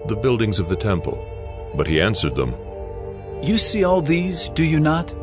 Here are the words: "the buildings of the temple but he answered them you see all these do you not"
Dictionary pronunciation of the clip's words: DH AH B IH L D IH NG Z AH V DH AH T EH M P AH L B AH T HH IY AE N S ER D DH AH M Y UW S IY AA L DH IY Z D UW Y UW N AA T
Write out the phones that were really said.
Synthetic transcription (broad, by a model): DH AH B IH L D IH NG Z AH V DH AH T EH M P AH L B AH T HH IY AE N S ER D DH AH M Y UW S IY AA L DH IY Z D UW Y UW N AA T